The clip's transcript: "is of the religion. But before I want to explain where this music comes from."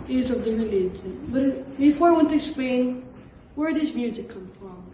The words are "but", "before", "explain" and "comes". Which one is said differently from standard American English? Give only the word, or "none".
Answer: comes